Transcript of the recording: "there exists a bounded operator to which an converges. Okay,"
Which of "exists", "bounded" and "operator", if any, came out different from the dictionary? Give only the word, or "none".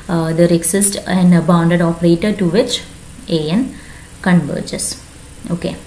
exists